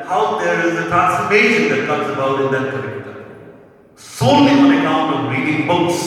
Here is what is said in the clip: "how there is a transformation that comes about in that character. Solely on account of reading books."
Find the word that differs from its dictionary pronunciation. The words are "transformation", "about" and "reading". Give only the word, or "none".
transformation